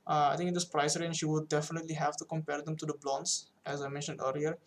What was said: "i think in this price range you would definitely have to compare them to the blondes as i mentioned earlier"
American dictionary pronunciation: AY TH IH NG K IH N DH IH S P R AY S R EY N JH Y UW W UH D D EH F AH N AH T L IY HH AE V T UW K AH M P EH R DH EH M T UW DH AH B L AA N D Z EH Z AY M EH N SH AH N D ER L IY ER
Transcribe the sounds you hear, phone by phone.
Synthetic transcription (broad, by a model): AY T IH NG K IH N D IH S P R AY S R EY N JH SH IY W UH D D EH F AH N AH T L IY HH AE V T UW K AH M P EH R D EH M T UW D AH B L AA N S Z EH Z AY M EH N SH AH N D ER L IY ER